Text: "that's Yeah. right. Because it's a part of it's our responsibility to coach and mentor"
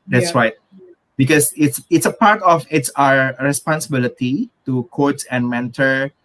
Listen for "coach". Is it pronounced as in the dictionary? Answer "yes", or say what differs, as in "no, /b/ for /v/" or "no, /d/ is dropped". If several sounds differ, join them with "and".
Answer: no, /s/ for /tʃ/